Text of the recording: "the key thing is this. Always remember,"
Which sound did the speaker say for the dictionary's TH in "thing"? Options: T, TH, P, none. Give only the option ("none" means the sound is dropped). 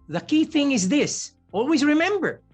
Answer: TH